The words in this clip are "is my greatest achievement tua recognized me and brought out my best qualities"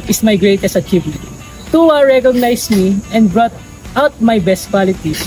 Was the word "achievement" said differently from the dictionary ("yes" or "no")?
yes